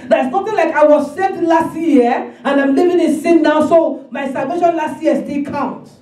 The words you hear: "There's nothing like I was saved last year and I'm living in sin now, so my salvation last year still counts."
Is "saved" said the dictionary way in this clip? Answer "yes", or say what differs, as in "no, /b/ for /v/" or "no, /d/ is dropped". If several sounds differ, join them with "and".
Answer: no, /v/ is dropped